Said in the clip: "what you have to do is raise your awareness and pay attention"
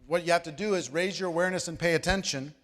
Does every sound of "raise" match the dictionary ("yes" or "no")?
yes